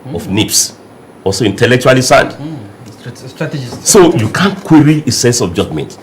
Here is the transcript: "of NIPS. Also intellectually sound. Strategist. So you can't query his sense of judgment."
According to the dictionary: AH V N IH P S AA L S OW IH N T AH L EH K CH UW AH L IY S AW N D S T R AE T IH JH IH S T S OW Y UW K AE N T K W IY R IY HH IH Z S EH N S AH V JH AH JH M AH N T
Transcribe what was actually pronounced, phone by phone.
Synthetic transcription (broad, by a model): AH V N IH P S AA L S OW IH N T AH L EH K CH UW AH L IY S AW N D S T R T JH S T S OW Y UW K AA N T K W IY R IY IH S EH N S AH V JH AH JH M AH N T